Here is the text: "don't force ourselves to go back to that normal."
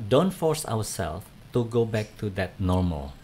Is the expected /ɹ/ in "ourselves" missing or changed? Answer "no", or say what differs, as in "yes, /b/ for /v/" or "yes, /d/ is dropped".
yes, /w/ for /ɹ/